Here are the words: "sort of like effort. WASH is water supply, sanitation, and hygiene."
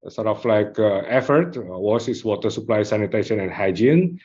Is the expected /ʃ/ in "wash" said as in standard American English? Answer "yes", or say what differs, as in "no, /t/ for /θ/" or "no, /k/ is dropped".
no, /s/ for /ʃ/